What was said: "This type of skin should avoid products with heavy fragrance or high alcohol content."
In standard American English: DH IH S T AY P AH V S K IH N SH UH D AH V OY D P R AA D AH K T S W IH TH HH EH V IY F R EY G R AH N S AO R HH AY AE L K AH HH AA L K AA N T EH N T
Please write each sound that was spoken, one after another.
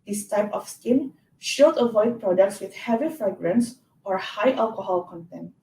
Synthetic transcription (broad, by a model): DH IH S T AY P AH F S K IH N SH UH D AH V OY D P R AA D AH K T S W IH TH HH EH V IY F R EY G R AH N S AO R HH AY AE L K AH HH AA L K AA N T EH N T